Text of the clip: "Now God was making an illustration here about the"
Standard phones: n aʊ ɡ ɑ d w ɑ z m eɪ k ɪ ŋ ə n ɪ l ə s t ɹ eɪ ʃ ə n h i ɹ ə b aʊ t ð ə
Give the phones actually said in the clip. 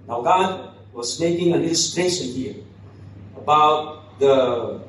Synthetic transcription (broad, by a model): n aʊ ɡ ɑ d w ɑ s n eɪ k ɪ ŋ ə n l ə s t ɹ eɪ s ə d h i ə b aʊ t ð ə